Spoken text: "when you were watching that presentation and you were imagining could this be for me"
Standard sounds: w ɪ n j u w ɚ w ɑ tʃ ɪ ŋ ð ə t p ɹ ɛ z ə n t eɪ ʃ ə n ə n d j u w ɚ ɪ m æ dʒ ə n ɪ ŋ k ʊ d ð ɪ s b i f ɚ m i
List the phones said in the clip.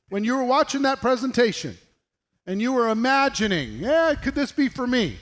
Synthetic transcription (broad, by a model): w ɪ n j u w ɚ w ɑ tʃ ɪ ŋ ð ə t p ɹ ɛ z ə n t eɪ ʃ ə n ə n j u w ɚ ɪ m æ dʒ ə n ɪ ŋ k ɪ d ð ɪ s b i f ɚ m i